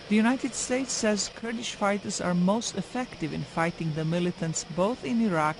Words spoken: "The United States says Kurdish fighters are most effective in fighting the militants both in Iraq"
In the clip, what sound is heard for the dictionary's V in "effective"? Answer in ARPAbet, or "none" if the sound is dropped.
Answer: V